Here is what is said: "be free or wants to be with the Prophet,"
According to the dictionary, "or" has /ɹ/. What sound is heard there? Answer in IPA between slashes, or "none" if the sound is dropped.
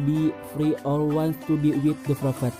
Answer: /l/